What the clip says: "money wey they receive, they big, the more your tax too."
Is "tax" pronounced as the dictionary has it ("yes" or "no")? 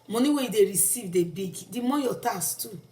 no